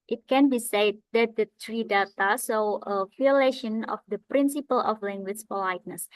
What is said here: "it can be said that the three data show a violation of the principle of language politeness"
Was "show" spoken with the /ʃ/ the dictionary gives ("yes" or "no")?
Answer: no